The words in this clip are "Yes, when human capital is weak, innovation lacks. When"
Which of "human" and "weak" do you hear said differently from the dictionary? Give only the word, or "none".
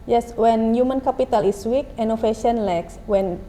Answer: none